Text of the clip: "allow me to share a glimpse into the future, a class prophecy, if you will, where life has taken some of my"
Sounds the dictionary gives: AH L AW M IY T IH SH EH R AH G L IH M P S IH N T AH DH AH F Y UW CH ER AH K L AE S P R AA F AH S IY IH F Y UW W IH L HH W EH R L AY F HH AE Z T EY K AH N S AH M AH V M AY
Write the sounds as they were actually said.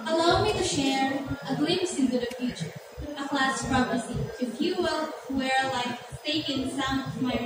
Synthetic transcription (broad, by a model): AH L AW M IY T IH SH EH R AH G L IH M S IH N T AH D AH F Y UW CH ER AH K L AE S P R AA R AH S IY IH F Y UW W IH L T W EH R L AY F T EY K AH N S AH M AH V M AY